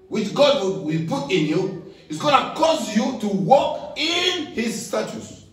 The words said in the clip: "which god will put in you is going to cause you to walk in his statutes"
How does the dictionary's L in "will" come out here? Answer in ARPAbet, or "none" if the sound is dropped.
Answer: W